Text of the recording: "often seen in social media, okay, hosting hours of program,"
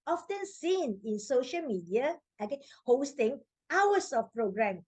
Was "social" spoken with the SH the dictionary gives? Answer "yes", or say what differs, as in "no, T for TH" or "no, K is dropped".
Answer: yes